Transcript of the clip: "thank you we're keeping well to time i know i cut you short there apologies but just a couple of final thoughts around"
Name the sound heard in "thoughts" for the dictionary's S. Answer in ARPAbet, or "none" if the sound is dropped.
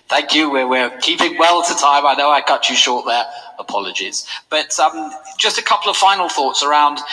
S